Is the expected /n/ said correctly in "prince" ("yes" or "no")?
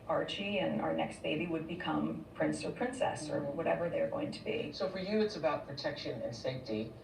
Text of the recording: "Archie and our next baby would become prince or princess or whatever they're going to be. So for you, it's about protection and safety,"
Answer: yes